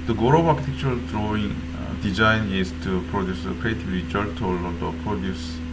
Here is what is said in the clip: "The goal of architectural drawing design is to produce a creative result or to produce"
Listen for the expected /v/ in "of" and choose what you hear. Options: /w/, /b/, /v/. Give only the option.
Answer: /b/